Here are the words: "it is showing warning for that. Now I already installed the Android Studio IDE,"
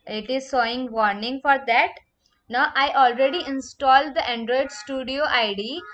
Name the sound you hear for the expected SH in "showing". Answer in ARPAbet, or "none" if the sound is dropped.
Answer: S